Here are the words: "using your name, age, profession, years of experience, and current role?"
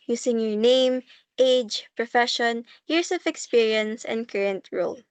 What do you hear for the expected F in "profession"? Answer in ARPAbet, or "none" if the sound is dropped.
F